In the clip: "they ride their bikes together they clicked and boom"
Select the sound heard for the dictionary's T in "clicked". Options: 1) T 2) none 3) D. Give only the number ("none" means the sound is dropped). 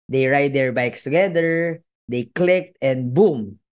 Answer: 1